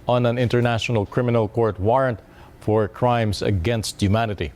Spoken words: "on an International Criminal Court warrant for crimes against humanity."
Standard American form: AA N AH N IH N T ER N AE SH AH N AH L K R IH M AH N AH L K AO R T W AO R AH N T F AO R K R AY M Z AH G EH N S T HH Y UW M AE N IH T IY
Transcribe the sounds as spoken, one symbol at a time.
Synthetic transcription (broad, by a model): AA N AH N IH N T ER N AE SH AH N AH L K R IH M AH N AH L K AO R T W AO R AH N T F AO R K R AY M S AH G EH N S T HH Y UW M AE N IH T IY